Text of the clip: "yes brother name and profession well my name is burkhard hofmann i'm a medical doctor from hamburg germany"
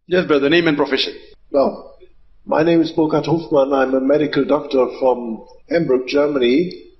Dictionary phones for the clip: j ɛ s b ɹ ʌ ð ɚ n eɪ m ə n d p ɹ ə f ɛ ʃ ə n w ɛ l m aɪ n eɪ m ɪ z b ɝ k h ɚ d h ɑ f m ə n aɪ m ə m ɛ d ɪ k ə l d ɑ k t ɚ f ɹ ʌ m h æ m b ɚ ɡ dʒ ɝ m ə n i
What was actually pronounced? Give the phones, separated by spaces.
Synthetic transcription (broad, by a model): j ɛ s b ʌ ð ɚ n eɪ m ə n p ɹ ə f ɛ ʃ ə n w ɛ l m aɪ n eɪ m ɪ z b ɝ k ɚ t h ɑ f m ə n aɪ m ə m ɛ d ɪ k ə l d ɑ k t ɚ f ɹ ʌ m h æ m b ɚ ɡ dʒ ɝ m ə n i